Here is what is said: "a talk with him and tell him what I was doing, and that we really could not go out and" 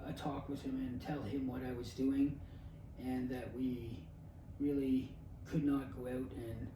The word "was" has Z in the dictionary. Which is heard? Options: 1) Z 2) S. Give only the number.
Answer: 1